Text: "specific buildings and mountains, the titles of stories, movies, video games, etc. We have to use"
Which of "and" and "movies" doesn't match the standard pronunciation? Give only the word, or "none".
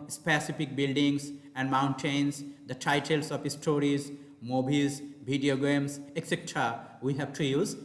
movies